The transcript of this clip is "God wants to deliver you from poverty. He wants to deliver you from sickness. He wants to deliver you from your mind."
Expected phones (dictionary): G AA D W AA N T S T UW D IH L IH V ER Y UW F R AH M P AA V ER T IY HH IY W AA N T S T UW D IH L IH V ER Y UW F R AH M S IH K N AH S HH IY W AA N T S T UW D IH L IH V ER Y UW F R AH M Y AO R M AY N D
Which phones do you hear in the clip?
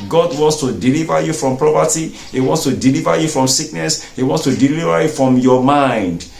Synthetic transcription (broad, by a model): G AA D W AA N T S T UW D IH L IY V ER Y UW F R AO M P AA P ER T IY HH IY W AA N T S T UW D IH L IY V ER Y UW F R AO M S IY K N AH S HH IY W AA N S T UW D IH L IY V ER Y UW F R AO M Y AO M AY N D